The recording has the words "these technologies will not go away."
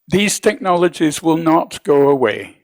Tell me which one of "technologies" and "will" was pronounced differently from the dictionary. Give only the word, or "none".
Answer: none